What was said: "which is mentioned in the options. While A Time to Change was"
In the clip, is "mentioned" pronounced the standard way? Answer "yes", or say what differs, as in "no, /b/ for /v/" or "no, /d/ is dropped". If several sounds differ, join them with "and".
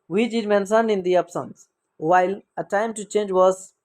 no, /s/ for /ʃ/